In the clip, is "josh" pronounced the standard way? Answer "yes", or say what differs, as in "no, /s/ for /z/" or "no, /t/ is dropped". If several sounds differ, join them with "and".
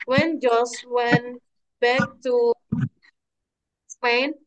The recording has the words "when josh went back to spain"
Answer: no, /s/ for /ʃ/